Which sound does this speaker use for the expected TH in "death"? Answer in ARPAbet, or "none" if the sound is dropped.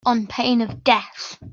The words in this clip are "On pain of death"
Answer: TH